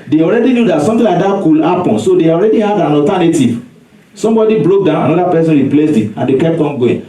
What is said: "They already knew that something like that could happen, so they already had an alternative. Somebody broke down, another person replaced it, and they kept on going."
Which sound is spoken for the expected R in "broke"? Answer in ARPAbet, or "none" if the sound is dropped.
L